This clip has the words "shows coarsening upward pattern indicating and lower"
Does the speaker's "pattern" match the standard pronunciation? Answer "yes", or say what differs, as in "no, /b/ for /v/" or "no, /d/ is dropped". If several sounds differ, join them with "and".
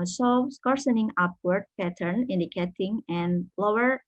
yes